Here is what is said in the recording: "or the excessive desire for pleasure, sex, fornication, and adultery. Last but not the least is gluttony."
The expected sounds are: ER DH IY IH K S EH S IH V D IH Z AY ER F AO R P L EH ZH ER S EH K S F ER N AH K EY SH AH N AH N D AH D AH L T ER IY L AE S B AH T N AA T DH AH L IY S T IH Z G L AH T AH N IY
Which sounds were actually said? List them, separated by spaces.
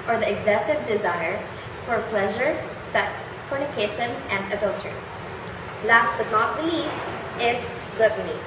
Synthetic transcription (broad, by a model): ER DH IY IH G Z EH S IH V D IH Z AY ER F AO R P L EH ZH ER S EH K S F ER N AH K EY SH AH N AH N D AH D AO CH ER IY L AE S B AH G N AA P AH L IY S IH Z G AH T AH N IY